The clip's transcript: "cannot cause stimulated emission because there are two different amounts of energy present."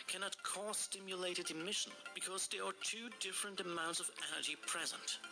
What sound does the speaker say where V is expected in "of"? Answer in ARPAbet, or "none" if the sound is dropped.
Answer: V